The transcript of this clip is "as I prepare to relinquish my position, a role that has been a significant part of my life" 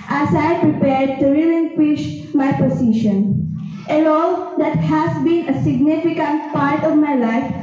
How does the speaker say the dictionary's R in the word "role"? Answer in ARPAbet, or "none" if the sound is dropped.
L